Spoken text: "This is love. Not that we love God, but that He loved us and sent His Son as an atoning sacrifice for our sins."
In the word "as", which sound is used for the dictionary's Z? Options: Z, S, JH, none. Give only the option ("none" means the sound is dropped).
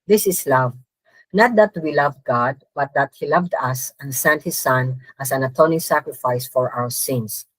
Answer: S